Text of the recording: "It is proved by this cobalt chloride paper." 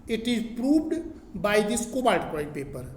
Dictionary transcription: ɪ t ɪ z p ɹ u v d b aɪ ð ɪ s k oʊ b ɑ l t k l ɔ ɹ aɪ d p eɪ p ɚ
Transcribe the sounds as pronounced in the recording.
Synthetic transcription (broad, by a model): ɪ t ɪ z p ɹ u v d b aɪ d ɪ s k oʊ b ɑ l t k ɔ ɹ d p eɪ p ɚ